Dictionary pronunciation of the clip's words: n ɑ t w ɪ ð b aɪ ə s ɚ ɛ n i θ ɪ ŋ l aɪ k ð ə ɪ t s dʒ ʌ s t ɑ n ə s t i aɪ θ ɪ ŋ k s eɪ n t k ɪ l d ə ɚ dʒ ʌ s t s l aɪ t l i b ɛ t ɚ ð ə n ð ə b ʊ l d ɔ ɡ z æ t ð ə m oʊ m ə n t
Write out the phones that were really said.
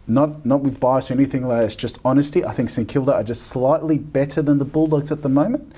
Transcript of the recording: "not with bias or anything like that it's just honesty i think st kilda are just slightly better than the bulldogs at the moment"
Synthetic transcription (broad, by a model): n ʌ t w ɪ ð b aɪ ə s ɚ ɛ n i θ ɪ ŋ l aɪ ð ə ɪ t s dʒ ʌ s t ɑ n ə s t i aɪ θ ɪ ŋ k s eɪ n k ɪ l d ə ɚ dʒ ʌ s t s l aɪ t l i b ɛ t ɚ ð ə n ð ə b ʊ l d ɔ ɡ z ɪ t ð ə m oʊ m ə n t